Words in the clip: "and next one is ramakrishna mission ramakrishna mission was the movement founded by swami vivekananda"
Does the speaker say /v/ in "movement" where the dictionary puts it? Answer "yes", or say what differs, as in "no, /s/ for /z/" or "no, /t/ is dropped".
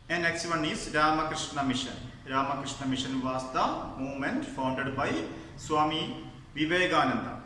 no, /v/ is dropped